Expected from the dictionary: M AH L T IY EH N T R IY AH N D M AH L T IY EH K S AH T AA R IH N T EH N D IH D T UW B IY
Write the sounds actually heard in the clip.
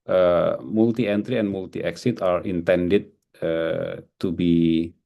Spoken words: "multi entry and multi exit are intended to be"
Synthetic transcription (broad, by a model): M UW L T IY EH N T R IY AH N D M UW L T IY EH K S AH T AA R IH N T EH N D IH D T UW B IY